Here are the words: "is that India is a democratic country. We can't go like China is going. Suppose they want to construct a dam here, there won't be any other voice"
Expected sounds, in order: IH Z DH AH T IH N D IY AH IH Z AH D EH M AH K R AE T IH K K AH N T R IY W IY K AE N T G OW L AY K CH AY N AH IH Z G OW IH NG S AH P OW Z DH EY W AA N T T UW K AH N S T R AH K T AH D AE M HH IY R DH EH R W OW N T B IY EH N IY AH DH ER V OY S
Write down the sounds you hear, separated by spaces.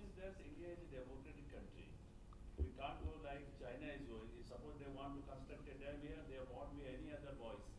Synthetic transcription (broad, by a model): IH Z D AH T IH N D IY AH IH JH AH D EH M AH K R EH T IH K K AH N T R IY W IY K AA N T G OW L AY K CH AY N AH IH Z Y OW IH S AH P OW Z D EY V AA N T T UW K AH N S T AH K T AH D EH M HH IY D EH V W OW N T B IY EH N IY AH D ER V OY S